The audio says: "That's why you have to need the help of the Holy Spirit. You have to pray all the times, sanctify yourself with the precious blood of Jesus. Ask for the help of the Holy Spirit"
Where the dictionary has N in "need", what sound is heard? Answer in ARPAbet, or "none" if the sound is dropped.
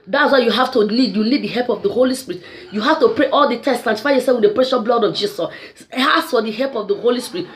L